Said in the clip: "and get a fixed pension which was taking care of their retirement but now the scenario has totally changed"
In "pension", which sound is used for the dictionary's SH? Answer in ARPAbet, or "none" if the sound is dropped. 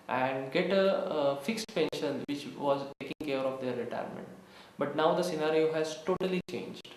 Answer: SH